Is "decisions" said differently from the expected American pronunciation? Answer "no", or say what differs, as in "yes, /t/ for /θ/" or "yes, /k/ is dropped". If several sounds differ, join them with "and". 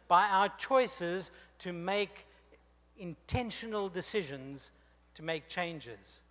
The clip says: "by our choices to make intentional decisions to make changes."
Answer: no